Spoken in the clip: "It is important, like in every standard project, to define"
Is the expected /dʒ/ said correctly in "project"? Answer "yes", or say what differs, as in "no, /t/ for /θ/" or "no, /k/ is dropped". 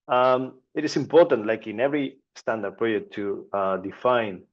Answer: no, /dʒ/ is dropped